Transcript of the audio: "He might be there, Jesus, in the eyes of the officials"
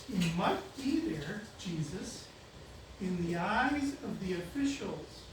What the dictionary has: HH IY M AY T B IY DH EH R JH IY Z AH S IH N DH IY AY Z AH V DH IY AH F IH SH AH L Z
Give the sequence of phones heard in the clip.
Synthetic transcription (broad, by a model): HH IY M AY T B IY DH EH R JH IY Z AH S IH N DH IY AY Z AH V DH IY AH F IH SH L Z